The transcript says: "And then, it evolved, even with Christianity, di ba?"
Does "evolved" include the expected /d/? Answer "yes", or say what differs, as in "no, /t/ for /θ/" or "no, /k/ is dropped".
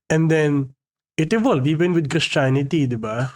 no, /d/ is dropped